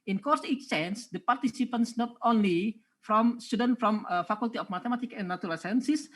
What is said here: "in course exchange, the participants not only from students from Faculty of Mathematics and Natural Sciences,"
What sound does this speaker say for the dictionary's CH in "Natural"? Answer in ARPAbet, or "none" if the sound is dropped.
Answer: none